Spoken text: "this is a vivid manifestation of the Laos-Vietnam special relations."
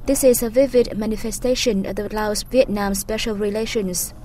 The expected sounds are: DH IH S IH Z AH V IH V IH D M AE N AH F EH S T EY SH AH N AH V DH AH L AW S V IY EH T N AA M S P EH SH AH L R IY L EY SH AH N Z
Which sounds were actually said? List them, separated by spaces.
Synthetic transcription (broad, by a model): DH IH S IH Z AH V IH V IH D M AE N AH F EH S T EY SH AH N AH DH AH L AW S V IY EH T N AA M S P EH SH AH L R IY L EY SH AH N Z